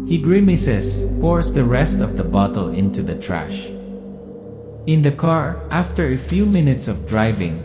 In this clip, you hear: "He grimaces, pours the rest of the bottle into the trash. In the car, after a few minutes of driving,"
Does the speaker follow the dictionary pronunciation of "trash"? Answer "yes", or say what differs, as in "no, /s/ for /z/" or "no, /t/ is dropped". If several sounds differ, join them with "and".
yes